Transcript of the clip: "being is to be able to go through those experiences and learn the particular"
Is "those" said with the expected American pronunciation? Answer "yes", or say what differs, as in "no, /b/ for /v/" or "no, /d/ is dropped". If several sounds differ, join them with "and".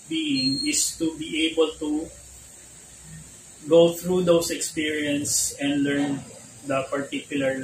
no, /s/ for /z/